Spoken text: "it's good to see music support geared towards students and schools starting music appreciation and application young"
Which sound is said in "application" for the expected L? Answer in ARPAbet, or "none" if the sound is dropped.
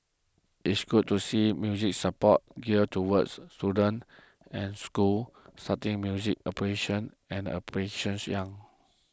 none